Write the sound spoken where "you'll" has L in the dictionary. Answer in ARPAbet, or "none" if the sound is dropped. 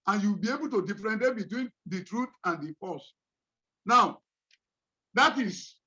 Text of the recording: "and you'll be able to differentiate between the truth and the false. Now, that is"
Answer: W